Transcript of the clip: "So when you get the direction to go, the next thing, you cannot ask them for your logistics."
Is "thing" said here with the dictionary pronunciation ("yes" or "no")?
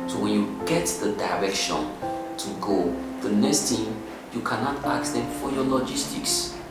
no